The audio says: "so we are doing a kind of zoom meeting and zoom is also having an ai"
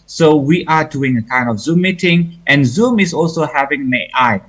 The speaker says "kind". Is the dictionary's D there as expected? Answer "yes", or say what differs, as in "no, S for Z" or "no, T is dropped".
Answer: yes